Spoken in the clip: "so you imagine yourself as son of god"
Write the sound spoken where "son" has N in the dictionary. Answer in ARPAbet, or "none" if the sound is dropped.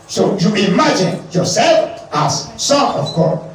none